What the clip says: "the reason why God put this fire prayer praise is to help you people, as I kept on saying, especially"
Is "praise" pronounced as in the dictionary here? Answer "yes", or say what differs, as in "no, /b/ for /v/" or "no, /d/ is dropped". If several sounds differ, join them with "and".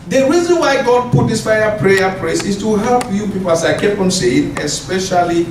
no, /s/ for /z/